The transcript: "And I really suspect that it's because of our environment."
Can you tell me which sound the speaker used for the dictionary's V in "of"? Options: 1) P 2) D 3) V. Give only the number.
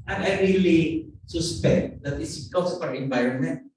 1